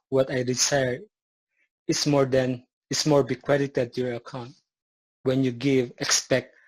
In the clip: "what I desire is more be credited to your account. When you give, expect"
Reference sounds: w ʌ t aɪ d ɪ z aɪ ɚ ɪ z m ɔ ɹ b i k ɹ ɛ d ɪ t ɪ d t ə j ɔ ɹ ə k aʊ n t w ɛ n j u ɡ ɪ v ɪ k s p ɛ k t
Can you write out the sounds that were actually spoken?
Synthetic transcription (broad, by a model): w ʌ t aɪ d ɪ s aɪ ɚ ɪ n m ɔ ɹ b i k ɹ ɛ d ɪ t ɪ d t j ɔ ɹ ə k aʊ n t w ɛ n j u ɡ ɪ v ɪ k s p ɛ k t